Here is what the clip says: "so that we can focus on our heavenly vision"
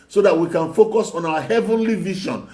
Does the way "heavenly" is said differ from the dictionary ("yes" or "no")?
no